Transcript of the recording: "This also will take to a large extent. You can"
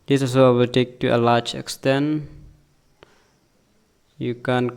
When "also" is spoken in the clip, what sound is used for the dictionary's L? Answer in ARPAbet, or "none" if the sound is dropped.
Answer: none